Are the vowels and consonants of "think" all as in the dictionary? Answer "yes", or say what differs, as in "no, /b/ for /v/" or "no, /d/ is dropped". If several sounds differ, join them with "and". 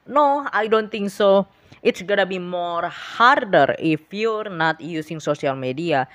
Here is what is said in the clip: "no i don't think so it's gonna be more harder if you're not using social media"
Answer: no, /t/ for /θ/